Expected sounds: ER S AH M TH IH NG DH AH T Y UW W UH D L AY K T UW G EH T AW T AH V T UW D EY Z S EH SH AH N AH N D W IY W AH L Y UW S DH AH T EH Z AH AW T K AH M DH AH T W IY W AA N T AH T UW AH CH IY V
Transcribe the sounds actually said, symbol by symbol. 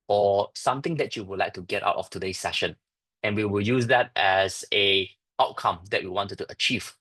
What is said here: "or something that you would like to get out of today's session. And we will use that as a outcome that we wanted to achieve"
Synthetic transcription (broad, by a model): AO S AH M T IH NG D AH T Y UW W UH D L AY K T UW G EH T AW T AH F T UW D EY S EH SH AH N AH N W IY W AH L Y UW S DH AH T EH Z AH AW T K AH M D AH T W IY W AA N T T UW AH CH IY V